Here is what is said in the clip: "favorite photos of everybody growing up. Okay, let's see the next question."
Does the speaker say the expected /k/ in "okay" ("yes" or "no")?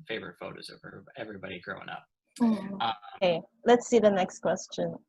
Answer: no